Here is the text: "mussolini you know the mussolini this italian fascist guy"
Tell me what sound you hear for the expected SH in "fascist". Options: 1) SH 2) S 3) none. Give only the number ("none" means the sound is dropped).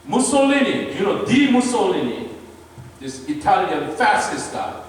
2